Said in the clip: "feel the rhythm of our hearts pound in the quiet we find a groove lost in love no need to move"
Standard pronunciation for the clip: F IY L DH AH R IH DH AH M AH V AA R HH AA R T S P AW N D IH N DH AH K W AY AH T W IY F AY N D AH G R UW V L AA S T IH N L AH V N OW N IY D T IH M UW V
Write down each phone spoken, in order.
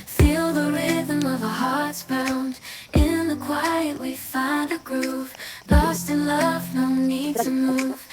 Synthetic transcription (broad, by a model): F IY L DH AH R IH DH AH M AH V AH HH AA R T S B AW N D IH N DH AH K W AY AH T W IY F AY N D AH G R UW V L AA S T IH N L AH V N OW N IY D T IH M UW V